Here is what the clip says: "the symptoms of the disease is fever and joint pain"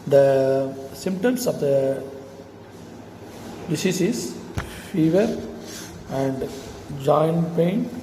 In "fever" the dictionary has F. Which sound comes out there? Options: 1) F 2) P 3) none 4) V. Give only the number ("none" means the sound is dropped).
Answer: 1